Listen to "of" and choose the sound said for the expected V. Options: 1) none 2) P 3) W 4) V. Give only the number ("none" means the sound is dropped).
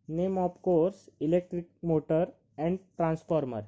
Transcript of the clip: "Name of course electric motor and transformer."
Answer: 2